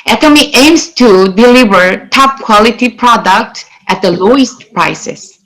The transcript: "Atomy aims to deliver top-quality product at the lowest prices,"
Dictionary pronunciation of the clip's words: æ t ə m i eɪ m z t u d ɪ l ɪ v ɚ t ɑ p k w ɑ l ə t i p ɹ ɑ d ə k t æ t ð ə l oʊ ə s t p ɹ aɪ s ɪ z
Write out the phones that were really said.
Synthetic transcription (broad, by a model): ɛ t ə m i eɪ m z t u d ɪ l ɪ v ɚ t ɑ p k w ɑ l ə t i p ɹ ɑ d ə k t æ t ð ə l oʊ ə s t p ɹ aɪ s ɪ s